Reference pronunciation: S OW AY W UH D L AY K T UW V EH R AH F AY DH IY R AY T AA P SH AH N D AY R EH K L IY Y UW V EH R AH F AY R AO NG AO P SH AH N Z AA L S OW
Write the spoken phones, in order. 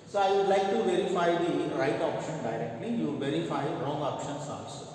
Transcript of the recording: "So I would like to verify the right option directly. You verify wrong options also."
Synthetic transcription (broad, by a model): S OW AY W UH D L AY K T UW V EH R AH F AY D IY R AY T AA P SH AH N D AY R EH K L IY Y UW V EH R AH F AY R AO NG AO P SH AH N S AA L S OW